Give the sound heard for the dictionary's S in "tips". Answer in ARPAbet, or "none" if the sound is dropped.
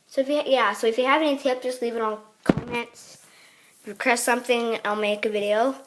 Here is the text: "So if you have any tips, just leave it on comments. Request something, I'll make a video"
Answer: none